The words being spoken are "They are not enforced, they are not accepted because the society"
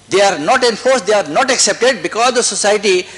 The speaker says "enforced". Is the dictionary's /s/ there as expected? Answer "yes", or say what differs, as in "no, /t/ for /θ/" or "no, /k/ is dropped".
yes